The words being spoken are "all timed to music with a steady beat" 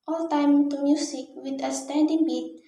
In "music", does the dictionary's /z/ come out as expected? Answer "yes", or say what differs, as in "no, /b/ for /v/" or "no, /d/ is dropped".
no, /s/ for /z/